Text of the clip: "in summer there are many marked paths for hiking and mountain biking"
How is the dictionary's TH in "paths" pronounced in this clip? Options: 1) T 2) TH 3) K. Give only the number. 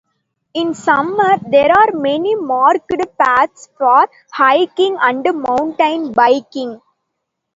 1